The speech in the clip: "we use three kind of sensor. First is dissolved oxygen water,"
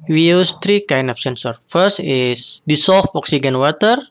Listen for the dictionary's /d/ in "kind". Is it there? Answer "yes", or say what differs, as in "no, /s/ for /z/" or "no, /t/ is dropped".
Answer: no, /d/ is dropped